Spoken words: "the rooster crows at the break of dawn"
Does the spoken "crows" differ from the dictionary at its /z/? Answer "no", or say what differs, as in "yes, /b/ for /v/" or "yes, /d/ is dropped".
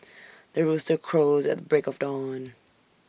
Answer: no